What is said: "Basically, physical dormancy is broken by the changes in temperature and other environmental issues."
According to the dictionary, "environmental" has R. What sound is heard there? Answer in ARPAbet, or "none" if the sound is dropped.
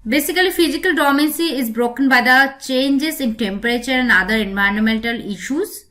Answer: none